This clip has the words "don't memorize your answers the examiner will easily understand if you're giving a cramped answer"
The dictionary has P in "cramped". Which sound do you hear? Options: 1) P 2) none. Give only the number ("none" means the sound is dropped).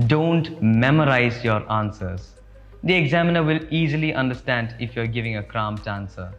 2